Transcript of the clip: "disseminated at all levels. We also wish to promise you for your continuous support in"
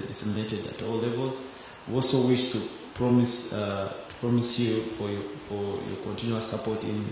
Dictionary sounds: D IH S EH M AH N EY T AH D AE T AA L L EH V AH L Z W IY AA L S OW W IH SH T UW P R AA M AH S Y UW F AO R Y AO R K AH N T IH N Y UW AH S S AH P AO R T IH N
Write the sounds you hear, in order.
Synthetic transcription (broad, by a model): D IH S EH M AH N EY T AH D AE T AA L L EH V AH L Z W IY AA L S OW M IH S T UW P R AA M AH S Y UW F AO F Y AO R K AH N T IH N Y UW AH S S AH P AO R T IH N